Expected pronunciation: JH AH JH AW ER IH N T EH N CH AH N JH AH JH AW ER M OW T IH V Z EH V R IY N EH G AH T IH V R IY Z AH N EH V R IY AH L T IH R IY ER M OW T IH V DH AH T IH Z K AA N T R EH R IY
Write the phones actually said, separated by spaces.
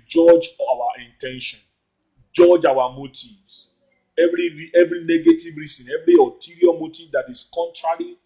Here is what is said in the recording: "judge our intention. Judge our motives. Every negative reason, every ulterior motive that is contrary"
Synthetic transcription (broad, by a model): JH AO JH AW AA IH N T EH N SH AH N JH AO JH AW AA M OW T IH V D EH V R IY N EH G AH T IH V R IY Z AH N EH V R IY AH T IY R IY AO M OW T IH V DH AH T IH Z K AA N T R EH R IY